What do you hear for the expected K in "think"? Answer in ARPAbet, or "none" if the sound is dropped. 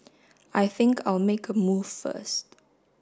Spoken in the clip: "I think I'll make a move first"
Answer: K